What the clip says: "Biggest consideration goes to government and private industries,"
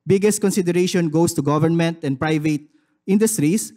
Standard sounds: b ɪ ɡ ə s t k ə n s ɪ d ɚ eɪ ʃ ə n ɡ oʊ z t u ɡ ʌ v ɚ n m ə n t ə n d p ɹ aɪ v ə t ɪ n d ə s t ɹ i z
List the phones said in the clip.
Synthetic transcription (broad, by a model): b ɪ ɡ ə s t k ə n s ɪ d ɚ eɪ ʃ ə n ɡ oʊ s t u ɡ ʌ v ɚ n m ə n t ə n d p ɹ aɪ v ə t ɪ n d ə s t ɹ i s